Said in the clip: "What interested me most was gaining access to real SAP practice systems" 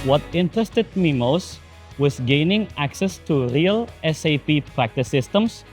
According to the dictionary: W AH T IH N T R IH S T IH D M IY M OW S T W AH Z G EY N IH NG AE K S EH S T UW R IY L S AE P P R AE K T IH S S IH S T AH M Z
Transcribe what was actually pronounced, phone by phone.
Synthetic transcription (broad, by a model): W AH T IH N T R IH S T IH D M IY M OW S T W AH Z G EY N IH NG AE K S EH S T UW R IY L S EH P P R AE K T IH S S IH S T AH M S